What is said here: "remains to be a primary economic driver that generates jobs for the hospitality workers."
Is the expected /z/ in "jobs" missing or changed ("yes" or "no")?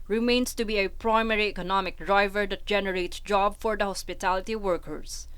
yes